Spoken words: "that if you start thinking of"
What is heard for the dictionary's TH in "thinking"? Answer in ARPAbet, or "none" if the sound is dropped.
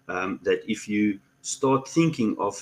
TH